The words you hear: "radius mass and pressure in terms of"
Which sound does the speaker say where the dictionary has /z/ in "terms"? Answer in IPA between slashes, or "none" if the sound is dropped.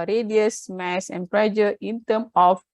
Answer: none